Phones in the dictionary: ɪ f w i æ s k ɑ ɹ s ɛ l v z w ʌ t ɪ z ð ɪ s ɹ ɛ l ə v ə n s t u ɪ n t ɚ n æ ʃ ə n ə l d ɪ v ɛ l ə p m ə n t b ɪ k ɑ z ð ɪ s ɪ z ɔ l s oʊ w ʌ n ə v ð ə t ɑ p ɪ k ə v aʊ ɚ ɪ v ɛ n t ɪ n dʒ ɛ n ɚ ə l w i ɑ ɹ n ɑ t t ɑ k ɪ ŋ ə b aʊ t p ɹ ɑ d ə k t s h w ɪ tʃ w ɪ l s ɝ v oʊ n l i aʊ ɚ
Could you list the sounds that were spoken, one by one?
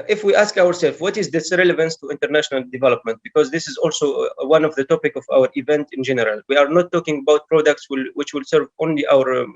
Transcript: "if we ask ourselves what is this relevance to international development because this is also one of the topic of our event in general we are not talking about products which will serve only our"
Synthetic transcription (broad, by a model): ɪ f w i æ s k ɑ ɹ s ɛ l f w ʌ t ɪ z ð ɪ s ɹ ɛ l ə v ə n s t u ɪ n t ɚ n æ ʃ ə n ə l d ɪ v ɛ l ə p m ə n t b ɪ k ɑ z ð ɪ s ɪ z ɔ l s oʊ w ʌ n ə v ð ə t ɑ p ɪ k ə v aʊ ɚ ɪ v ɛ n t ɪ n dʒ ɛ n ɚ ə l w i ɑ ɹ n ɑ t t ɑ k ɪ ŋ ə b aʊ t p ɹ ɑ d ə k t s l w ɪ tʃ w ɪ l s ɝ v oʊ n l i aʊ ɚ